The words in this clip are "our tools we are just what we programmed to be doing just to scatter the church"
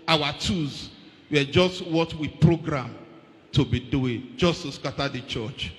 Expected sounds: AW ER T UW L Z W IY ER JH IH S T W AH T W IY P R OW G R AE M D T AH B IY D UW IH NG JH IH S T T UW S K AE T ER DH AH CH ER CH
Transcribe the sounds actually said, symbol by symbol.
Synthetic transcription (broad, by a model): AW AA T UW Z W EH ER JH IH S T W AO T W IY P R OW G R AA M T AH B IY D UW IH NG JH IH S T T UW S K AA T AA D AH CH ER CH